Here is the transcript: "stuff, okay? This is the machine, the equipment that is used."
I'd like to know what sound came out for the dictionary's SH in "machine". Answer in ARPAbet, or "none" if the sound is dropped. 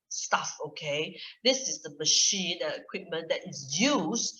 SH